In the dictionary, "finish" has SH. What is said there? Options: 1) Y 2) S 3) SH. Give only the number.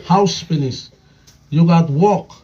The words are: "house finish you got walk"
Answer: 2